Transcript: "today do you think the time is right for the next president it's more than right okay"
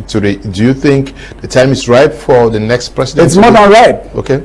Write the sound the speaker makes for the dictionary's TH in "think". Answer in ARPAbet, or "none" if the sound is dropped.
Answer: TH